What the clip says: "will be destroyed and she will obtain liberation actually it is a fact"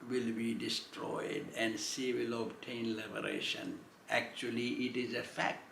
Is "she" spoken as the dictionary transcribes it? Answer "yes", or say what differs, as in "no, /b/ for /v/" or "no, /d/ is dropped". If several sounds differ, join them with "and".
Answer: no, /s/ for /ʃ/